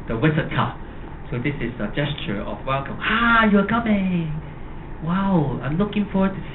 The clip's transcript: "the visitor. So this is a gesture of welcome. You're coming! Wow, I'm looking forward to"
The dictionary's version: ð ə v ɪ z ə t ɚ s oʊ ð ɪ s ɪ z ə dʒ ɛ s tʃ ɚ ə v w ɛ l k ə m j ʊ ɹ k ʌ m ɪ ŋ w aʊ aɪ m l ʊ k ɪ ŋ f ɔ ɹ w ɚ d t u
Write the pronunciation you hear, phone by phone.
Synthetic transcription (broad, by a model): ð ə w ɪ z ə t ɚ s oʊ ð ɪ s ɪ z ə dʒ ɛ s tʃ ɚ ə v w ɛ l k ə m j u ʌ k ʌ m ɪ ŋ w aʊ aɪ m l ʊ k ɪ ŋ f ɔ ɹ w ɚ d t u